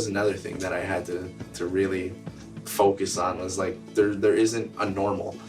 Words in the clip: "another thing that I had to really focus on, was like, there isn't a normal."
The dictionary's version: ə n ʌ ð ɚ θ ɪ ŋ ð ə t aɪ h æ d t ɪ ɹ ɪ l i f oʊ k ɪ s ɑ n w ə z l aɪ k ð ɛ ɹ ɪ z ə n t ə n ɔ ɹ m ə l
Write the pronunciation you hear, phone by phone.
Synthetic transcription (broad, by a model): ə n ʌ ð ɚ θ ɪ ŋ ð ə t aɪ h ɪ d t ɪ ɹ ɪ l i f oʊ k ɪ s n w ə z l aɪ k ð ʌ ɹ ɪ z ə n t ə n ɔ ɹ m l